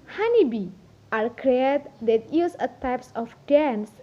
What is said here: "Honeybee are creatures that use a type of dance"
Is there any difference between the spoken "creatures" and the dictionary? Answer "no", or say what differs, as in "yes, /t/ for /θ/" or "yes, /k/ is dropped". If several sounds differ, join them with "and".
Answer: yes, /tʃ/ is dropped